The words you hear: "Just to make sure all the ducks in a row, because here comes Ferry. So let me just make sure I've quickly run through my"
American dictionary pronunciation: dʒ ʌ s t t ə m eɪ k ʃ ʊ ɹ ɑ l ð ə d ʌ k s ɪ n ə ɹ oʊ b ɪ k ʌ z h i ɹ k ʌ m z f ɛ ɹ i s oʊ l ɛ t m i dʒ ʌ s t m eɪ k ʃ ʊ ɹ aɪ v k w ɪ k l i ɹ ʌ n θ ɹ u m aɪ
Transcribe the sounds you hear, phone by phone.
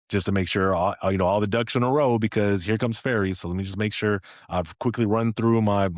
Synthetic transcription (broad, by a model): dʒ ʌ s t t ə m eɪ k ʃ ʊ ɹ ɑ l ð ə d ʌ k ʃ ɪ n ə ɹ oʊ b ɪ k ʌ z h i ɹ k ʌ m z f ɛ ɹ i s oʊ l ɛ t m i dʒ ʌ s m eɪ k ʃ ʊ ɹ aɪ v k w ɪ k l i ɹ ʌ n θ ɹ u m aɪ